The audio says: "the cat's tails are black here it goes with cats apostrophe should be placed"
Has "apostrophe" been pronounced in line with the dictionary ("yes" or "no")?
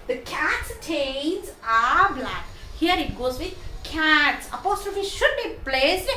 yes